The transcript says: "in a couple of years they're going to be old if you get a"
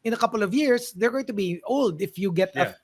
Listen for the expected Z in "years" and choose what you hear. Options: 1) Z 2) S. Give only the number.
2